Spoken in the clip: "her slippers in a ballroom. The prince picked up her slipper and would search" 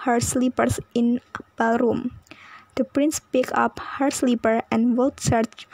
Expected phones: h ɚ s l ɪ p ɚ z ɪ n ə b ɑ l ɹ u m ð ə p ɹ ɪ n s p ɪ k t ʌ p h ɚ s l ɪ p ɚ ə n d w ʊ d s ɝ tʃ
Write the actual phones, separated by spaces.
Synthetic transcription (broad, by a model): h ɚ s l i p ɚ s ɪ n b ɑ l ɹ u m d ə p ɹ ɪ n s p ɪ k ʌ p h ɚ s l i p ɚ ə n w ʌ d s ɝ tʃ